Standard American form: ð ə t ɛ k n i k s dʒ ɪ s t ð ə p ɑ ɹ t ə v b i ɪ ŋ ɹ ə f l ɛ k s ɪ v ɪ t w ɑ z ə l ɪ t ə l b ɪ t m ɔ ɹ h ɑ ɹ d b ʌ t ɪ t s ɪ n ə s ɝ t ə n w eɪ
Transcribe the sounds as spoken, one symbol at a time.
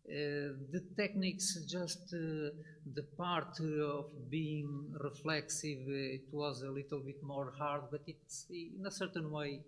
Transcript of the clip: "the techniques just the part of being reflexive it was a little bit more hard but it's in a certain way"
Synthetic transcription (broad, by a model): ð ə t ɛ k n i k s dʒ ɪ s t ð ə p ɑ ɹ t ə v b i ɪ ŋ ɹ ə f l ɛ k s ɪ v ɪ t w ɑ z ə l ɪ t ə l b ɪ t m ɔ ɹ h ɑ ɹ d b ʌ t ɪ t s ɪ n ə s ɝ t ə n w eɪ